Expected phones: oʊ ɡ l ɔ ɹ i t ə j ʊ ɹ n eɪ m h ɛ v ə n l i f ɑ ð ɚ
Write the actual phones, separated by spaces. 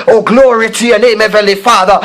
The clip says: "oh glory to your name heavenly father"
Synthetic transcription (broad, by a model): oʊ ɡ l ɔ ɹ i t ə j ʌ n eɪ m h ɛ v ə l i f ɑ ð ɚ